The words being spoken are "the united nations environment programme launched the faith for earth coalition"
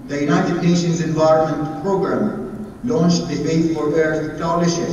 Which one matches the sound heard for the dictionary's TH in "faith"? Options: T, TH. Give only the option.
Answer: T